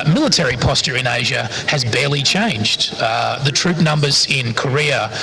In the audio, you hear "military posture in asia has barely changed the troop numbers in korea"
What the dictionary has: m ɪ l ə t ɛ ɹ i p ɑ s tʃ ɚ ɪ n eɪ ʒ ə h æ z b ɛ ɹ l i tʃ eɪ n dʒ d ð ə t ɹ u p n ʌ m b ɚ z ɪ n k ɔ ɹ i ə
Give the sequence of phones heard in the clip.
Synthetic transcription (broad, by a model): m ɪ l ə t ɛ ɹ i p ɑ s tʃ ɚ ɪ n eɪ ʒ ə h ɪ z b ɛ ɹ l i tʃ eɪ n dʒ d ð ə t ɹ u p n ʌ m b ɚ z ɪ n k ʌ ɹ i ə